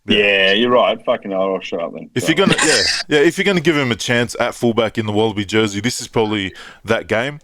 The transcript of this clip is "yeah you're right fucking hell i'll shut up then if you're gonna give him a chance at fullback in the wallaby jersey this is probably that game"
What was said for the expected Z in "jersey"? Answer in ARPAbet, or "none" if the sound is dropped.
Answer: Z